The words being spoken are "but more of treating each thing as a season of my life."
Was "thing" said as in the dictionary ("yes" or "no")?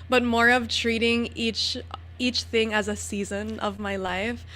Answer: yes